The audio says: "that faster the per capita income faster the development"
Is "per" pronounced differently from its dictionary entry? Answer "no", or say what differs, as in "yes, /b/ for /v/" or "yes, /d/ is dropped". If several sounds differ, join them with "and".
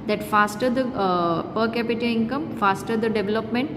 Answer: no